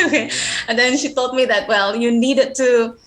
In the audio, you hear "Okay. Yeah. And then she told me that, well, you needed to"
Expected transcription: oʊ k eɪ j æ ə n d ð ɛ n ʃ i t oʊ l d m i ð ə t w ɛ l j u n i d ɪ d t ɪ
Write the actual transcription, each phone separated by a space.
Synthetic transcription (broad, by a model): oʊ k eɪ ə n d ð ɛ n ʃ i t oʊ l d m i ð ə t w ɛ l j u n i d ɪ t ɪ